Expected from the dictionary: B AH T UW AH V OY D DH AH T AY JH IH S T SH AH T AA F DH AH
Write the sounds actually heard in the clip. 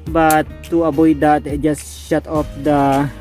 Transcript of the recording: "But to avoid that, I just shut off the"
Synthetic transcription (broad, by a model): B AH T UW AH B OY D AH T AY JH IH S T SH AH T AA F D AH